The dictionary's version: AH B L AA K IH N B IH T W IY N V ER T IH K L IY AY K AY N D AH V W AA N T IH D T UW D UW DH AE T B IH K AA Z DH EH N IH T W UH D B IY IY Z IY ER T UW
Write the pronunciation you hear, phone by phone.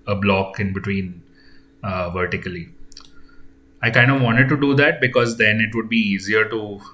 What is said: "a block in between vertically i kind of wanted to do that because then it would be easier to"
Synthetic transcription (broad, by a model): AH B L AA K IH N B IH T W IY N V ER T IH K L IY AY K AY N D AH V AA N T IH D T UW D UW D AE T B IH K AA Z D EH N IH T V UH D B IY IY Z IY ER T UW